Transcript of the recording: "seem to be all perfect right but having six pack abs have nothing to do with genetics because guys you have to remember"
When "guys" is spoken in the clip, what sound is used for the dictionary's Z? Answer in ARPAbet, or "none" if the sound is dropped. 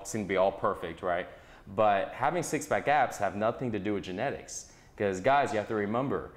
Z